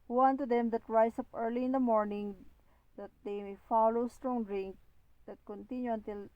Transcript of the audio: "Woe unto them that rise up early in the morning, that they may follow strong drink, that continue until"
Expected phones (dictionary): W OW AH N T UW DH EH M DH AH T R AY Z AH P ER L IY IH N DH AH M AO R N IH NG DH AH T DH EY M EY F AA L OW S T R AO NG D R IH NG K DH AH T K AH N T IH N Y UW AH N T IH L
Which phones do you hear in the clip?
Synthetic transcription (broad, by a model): W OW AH N T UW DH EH M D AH T R AY S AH P ER L IY IH N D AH M AO R N IH NG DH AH T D EY M EY F AA L OW S T R AO NG D R IH NG K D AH T K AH N T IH N Y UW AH N T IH L